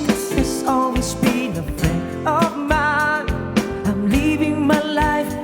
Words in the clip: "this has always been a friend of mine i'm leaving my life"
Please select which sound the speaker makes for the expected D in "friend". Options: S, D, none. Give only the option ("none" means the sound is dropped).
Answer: none